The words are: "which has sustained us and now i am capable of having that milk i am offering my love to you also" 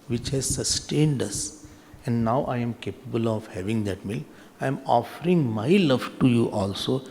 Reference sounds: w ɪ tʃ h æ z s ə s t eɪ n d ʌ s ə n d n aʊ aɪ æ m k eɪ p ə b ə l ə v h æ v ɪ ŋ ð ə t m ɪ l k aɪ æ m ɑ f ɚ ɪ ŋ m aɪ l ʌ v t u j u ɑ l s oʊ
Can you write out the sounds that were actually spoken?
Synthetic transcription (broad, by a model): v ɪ tʃ h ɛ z s ə s t eɪ n d ʌ s ə n d n aʊ aɪ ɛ m k eɪ p ə b ə l ə v h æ v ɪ ŋ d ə t m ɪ l aɪ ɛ m ɑ f ɚ ɪ ŋ m aɪ l ʌ v t u j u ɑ l s oʊ